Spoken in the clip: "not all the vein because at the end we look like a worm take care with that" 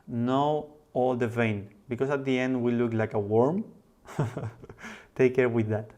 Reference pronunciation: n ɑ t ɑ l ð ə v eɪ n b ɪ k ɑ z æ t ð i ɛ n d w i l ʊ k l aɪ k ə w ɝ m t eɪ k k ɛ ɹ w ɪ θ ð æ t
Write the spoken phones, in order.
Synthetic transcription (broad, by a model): n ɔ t ɑ l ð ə v eɪ n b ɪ k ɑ s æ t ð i ɛ n d w i l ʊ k l aɪ k ə w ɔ m t eɪ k k ɛ ɹ w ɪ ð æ t